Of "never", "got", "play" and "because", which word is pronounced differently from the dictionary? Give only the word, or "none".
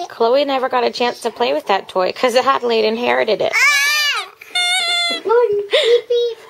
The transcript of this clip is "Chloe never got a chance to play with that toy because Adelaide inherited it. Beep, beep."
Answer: because